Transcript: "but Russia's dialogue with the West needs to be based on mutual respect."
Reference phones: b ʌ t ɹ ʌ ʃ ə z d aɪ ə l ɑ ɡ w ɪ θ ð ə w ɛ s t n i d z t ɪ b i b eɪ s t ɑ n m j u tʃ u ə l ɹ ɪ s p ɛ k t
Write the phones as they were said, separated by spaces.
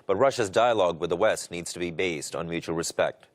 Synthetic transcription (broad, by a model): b ʌ t ɹ ʌ ʃ ə z d aɪ ə l ɑ ɡ w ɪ ð ə w ɛ s t n i d z t ɪ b i b eɪ s t n m j u tʃ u l ɹ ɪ s p ɛ k t